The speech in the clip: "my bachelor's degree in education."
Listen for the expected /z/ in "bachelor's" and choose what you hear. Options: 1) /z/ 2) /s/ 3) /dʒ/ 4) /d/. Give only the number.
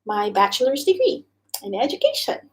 1